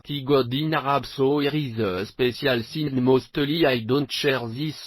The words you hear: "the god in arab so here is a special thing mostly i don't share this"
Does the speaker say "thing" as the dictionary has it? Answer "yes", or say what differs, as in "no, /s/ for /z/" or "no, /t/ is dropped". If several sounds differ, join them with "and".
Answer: no, /s/ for /θ/